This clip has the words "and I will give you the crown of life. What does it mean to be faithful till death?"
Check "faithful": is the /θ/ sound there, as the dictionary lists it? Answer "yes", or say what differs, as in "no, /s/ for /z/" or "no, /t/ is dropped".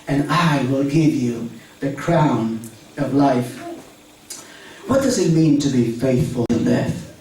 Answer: yes